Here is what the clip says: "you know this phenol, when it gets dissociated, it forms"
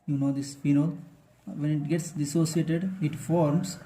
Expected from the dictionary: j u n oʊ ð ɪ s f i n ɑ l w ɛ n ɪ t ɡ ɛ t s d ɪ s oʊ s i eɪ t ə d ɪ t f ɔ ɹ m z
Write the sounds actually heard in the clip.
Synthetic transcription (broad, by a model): j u n oʊ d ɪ s p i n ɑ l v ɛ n ɪ t ɡ ɛ t s d ɪ s oʊ s i eɪ t ə d ɪ t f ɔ ɹ m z